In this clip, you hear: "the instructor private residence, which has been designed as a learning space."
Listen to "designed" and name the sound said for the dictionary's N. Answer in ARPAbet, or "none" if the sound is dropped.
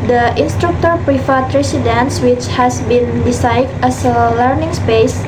none